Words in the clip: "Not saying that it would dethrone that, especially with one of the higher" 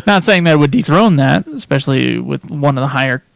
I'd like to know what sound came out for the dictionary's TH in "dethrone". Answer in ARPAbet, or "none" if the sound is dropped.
TH